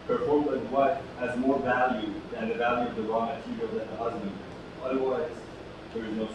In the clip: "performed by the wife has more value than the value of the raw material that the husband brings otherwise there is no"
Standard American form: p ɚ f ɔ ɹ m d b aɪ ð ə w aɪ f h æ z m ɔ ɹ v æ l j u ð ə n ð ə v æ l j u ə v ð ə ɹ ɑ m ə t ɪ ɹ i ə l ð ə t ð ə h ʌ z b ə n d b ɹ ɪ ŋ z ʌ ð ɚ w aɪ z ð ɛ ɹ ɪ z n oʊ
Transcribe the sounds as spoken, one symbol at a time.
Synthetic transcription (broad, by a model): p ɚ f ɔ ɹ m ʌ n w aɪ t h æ z m ɔ ɹ v æ l j u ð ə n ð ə v æ l j u ə v ð ə ɹ ɑ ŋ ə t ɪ ɹ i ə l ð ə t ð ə h ʌ z b ə n d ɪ ʌ ð ɚ w aɪ z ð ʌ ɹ ɪ z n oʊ